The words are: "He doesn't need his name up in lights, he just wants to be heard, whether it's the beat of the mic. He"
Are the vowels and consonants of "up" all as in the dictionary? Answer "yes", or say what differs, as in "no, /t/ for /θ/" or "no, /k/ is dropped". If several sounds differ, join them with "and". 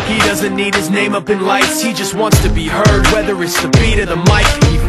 yes